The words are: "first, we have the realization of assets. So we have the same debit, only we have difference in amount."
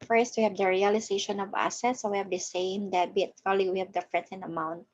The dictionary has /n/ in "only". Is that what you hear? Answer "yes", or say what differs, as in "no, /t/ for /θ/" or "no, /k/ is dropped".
no, /n/ is dropped